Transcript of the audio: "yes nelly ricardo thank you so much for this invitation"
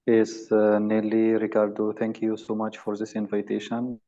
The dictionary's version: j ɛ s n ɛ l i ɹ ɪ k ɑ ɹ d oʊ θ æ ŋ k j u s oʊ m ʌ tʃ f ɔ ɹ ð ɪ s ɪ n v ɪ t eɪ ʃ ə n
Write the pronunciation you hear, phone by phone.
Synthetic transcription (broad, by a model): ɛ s n ɛ l i ɹ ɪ k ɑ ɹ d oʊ t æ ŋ k j u s oʊ m ʌ tʃ f ɔ ɹ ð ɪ s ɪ n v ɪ t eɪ ʃ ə n